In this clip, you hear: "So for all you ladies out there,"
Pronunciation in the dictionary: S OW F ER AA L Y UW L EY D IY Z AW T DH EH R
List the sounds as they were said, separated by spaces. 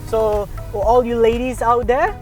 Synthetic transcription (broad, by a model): S OW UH AA L Y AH L EY D IY Z AW T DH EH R